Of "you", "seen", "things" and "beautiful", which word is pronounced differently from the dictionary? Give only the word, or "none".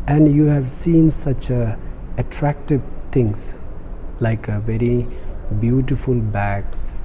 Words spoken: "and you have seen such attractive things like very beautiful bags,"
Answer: things